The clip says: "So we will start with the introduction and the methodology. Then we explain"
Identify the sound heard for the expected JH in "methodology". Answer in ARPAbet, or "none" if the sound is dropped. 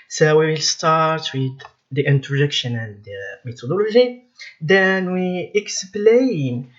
ZH